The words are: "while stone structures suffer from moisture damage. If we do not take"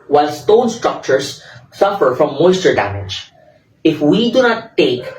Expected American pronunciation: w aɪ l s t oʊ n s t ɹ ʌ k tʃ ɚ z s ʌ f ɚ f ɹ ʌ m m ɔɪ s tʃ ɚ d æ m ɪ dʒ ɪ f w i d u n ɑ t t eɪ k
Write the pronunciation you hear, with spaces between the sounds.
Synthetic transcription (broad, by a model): w aɪ l s t oʊ n s t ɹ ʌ k tʃ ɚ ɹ s ʌ f ɚ f ɹ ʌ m m ɔɪ s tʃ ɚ d æ m ɪ dʒ ɪ f w i d u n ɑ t t eɪ k